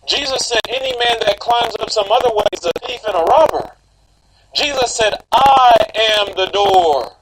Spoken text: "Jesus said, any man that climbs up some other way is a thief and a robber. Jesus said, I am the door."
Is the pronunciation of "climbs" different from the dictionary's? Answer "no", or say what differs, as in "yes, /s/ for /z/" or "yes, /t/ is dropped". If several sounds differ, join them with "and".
no